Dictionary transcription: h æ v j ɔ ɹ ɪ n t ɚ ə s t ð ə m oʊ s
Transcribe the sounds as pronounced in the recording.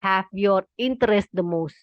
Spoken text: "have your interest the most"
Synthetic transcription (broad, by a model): h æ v j ɔ ɹ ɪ n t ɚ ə s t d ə m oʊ s